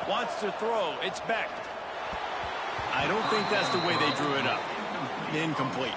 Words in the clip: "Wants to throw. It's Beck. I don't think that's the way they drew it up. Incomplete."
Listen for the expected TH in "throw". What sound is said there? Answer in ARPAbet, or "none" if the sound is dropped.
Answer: TH